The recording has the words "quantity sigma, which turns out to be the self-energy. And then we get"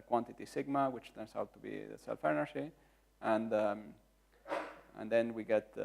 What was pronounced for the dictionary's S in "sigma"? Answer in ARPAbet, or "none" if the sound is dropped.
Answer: S